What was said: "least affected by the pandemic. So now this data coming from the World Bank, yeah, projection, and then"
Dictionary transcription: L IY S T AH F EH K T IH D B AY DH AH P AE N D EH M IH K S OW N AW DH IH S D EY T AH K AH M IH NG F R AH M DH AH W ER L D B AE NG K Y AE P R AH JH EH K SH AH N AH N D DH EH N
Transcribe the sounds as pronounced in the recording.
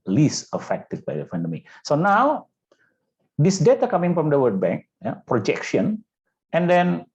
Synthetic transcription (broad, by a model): L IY S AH F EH K T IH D B AY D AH F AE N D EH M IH S OW N AW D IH S D EY T AH K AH M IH NG F R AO M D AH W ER D B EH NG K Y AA P R AH JH EH K SH AH N AH N D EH N